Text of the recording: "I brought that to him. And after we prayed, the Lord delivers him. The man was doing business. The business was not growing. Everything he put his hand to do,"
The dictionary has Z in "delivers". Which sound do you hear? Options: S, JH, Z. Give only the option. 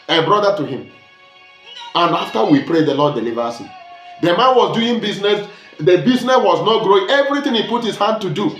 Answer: S